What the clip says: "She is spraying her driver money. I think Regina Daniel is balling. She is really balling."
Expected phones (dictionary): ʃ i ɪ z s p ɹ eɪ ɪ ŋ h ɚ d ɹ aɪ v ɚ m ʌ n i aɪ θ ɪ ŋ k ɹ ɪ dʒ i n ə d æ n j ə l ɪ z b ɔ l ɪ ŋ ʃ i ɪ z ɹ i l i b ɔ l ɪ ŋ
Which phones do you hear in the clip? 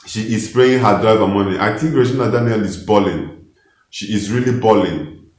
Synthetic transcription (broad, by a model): ʃ i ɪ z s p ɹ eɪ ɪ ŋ h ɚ d ɹ aɪ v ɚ m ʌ n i aɪ t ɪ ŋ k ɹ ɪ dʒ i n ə d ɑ n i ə l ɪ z b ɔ l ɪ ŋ ʃ i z ɹ i l i b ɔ l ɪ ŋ